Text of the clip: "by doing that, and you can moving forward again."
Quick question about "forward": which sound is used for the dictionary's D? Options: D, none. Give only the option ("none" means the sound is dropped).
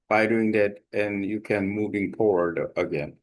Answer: D